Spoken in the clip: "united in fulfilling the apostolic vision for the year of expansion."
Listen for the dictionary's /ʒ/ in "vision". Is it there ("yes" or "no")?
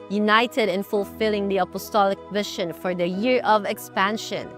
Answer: no